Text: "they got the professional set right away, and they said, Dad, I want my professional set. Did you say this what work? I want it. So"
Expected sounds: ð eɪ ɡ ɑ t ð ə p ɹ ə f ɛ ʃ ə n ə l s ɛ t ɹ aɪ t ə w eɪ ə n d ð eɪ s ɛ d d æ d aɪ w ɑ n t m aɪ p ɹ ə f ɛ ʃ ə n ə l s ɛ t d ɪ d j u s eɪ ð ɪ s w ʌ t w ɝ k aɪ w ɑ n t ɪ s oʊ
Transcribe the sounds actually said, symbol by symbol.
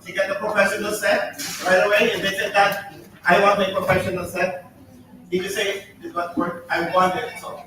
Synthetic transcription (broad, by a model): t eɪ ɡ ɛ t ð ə p ɹ ə f ɛ ʃ ə n ə l s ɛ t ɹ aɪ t ə w eɪ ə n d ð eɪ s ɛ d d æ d aɪ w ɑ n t m aɪ p ɹ ə f ɛ ʃ ə n ə l s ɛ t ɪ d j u s eɪ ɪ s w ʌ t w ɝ aɪ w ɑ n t ɪ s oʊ